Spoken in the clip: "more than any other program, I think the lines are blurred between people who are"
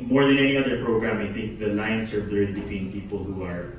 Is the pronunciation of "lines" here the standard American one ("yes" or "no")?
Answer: no